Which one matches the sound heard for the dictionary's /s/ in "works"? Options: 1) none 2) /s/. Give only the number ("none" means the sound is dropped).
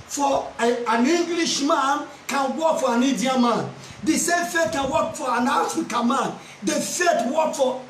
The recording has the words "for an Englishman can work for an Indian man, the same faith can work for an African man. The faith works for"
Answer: 1